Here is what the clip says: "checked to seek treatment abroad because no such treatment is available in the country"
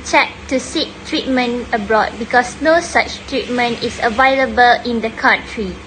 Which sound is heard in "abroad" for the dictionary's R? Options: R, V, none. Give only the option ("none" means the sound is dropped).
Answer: R